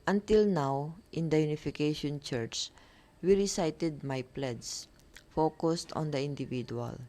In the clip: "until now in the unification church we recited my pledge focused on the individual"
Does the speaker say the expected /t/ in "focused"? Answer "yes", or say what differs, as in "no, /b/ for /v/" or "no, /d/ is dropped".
yes